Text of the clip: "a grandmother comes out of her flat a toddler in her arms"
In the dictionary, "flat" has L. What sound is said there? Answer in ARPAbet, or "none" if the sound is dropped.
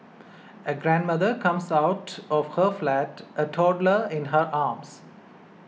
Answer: L